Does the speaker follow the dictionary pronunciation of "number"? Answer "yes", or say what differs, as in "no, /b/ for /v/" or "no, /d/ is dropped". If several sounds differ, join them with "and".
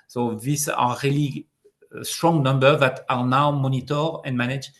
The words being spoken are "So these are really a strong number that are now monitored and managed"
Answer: yes